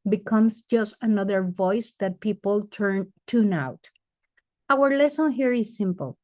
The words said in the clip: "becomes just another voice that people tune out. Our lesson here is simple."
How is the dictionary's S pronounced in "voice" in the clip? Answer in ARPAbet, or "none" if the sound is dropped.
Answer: S